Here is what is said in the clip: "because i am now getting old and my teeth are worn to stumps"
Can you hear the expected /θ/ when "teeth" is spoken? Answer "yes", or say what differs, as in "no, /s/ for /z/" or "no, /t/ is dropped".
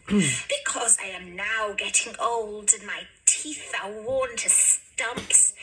yes